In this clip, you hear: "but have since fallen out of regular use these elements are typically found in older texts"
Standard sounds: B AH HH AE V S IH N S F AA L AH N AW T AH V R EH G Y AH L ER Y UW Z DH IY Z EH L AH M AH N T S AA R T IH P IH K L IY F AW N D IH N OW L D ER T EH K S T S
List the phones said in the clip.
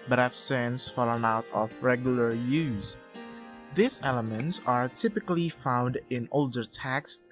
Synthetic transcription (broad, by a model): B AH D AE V S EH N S F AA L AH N AW T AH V R EH G Y AH L ER Y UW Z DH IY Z EH L AH M AH N T S AA R T IH P IH K L IY F AW N D IH N OW L D ER T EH K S S